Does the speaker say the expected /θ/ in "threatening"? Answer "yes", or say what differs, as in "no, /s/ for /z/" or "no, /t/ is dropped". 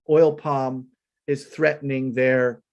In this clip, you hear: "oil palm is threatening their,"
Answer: yes